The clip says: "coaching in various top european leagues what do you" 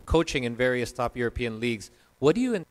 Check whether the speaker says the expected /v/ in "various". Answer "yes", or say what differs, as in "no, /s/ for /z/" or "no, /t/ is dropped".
yes